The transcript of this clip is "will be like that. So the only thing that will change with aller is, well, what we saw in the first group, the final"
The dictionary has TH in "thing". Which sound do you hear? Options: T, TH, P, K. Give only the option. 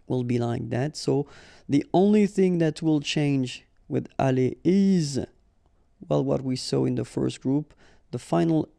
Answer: TH